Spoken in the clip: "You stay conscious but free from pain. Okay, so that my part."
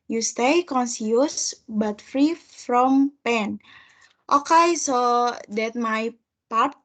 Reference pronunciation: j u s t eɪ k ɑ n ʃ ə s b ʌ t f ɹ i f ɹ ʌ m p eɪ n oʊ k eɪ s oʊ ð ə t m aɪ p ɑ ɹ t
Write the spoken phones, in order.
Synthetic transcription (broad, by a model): j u s t eɪ k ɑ n s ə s b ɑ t f ɹ i f ɹ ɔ m p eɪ n oʊ k eɪ s oʊ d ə t m aɪ p ɑ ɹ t